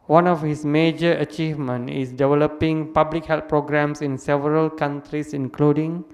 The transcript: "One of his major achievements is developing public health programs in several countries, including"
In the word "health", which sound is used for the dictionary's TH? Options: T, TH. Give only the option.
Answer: T